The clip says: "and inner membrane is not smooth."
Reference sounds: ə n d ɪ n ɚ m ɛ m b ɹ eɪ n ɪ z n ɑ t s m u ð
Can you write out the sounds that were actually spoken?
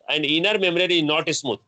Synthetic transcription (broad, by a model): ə n d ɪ n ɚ m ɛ m ɹ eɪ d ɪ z n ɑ t s m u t